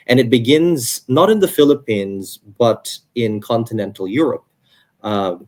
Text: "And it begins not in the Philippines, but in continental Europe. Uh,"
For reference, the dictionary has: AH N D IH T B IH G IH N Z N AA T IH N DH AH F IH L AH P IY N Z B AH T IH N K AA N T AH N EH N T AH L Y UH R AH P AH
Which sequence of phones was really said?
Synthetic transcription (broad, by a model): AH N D IH T B IH G IH N Z N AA T IH N DH AH F IH L AH P IY N Z B AH T IH N K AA N T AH N EH N T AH L Y UH R AH P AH